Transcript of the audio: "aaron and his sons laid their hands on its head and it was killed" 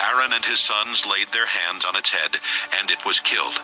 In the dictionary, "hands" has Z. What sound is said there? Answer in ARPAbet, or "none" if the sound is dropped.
Z